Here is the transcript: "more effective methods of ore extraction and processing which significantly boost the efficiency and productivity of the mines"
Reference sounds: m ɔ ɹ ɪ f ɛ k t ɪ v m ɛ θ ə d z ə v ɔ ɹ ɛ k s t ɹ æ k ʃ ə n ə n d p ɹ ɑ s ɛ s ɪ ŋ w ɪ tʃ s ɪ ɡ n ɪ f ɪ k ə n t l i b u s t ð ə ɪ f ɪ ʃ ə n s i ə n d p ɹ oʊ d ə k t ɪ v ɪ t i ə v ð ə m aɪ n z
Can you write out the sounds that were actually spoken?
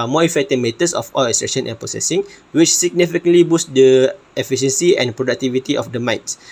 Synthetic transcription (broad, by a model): m ɔ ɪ f ɛ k t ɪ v m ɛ t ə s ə f ɔ l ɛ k s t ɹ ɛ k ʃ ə n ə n p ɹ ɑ s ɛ s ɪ ŋ w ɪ tʃ s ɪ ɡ n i f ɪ k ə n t l i b u s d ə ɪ f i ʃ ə n s i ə n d p ɹ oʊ d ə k t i v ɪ t i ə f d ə m aɪ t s